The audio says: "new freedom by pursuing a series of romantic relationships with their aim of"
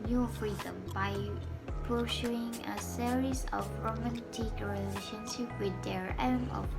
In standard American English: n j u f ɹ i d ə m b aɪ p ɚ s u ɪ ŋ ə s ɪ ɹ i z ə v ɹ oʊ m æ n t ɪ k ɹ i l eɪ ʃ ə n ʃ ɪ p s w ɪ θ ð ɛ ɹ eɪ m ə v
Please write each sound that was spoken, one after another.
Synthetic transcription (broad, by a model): n j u f ɹ i d ə m b aɪ p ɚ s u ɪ ŋ ə s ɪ ɹ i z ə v ɹ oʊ m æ n t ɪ k ɹ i l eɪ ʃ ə n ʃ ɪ p w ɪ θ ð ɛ ɹ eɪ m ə